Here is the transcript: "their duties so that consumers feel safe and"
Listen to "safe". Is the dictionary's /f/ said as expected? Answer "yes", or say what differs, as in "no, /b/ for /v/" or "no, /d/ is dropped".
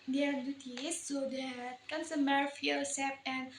no, /p/ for /f/